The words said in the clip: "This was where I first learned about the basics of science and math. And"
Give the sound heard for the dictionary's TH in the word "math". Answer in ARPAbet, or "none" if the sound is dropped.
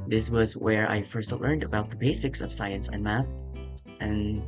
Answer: TH